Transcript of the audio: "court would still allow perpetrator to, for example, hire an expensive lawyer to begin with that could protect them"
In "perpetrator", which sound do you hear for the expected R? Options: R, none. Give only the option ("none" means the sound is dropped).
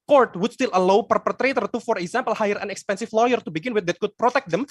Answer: R